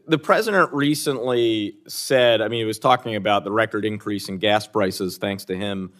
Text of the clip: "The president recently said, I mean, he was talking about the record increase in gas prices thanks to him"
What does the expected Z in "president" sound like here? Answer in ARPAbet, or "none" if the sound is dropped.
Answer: Z